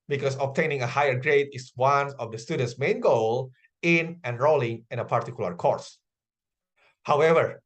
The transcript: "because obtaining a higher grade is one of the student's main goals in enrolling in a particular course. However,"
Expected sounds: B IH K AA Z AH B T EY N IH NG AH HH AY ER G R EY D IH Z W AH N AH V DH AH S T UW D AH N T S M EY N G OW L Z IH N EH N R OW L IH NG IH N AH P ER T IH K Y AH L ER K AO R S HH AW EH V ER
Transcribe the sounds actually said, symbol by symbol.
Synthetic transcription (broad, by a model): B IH K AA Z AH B T EY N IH NG AH HH AY ER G R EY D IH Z W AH N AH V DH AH S T UW D AH N T S M EY N G OW L IH N EH N R OW L IH NG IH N AH P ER T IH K Y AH L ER K AO R S HH AW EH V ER